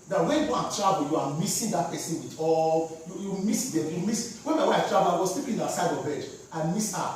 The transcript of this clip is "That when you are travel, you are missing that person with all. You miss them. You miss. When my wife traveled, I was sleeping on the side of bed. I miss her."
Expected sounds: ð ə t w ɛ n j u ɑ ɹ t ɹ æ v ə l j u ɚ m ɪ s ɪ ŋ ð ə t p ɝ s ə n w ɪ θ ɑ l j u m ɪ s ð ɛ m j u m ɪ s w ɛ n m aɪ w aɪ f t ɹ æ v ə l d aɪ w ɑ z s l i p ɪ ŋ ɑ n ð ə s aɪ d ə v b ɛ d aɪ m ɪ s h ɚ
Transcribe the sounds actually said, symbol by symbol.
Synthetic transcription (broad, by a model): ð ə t w ɛ n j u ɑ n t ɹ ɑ b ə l j u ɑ m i s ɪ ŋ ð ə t p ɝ s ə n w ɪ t ɑ l j u m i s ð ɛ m j u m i s w ɛ n m aɪ w aɪ f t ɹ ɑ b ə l aɪ w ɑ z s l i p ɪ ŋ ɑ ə s aɪ d ə v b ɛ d aɪ m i s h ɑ